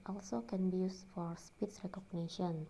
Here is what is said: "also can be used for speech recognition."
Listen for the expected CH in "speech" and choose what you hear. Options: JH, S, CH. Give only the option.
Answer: S